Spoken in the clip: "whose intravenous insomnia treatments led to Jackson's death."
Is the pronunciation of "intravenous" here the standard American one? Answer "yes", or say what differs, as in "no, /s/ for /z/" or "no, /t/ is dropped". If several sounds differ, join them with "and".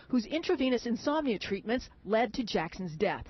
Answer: yes